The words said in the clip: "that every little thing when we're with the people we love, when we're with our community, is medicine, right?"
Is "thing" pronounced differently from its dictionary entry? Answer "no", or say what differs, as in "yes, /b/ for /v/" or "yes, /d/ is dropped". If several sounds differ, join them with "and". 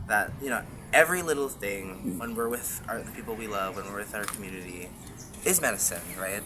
no